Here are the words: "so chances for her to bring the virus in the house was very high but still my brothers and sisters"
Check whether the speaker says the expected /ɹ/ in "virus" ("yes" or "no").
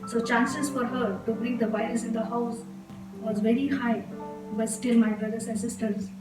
no